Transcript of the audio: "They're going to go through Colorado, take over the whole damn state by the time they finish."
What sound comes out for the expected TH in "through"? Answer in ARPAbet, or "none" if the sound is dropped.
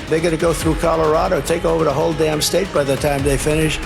TH